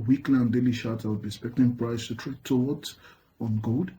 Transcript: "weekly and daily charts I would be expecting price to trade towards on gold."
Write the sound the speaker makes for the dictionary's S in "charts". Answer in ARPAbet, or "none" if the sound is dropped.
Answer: none